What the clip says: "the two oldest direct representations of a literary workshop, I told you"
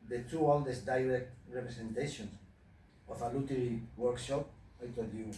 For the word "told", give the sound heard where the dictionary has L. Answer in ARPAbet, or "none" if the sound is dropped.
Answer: none